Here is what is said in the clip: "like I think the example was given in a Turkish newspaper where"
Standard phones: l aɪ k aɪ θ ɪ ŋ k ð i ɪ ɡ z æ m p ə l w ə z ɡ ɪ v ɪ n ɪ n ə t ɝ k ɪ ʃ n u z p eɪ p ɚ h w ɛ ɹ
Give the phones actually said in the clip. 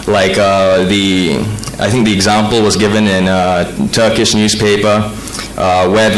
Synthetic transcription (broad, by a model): l aɪ k aɪ θ ɪ ŋ k ð i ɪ ɡ z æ m p l w ə z ɡ ɪ v ɪ n ɪ n ə t ɝ k ɪ ʃ n u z p eɪ p ɚ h w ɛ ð